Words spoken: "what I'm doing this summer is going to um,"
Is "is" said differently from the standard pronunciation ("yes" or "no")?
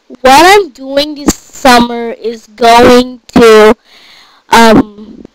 no